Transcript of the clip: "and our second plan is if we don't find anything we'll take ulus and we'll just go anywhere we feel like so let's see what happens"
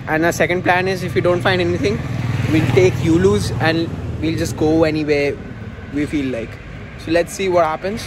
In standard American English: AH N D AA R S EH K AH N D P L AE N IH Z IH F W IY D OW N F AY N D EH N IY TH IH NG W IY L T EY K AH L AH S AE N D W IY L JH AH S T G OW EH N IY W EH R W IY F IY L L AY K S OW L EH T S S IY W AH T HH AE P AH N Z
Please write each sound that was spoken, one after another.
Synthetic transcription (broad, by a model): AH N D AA S EH K AH N D P L AE N IH Z IH F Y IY D OW N F AY N D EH N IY T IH NG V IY L T EY K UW L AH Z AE N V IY L JH AH S T G OW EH N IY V EH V IY F IY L L AY K S OW L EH T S S IY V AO T HH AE P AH N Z